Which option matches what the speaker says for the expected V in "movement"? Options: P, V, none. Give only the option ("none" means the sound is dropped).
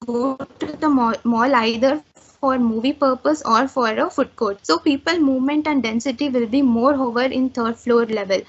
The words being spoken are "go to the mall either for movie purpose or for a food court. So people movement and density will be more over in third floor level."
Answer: V